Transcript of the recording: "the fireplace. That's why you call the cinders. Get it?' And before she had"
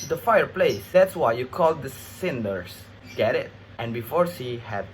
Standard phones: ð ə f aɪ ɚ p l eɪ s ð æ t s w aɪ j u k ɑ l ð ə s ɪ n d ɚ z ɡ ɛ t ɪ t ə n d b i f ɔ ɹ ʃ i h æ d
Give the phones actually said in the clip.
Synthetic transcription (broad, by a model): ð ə f aɪ ɚ p l eɪ s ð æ t s w aɪ j u k ɑ l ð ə s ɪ n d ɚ s ɡ ɛ t ɪ t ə n b i f ɔ ɹ s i h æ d